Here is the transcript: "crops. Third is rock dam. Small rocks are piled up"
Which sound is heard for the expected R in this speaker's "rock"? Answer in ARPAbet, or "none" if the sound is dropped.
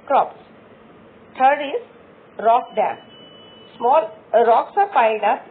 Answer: R